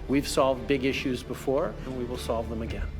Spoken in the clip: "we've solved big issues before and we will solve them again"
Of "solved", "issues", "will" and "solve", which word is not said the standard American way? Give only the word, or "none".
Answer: none